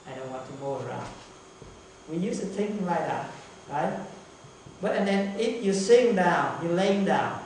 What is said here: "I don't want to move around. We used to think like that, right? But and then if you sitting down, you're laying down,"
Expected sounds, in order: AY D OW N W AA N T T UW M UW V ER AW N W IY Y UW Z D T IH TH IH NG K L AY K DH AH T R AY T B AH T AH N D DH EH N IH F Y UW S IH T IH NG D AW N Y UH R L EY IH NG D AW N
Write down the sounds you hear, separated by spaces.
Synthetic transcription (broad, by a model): AY D OW N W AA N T T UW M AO ER AW N W IY Y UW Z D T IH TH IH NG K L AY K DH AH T R AY T B AH T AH N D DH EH N IH F Y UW S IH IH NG D AW N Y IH L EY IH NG D AW N